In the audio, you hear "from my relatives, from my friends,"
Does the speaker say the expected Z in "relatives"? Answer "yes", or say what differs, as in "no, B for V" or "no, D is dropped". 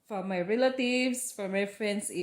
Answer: no, S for Z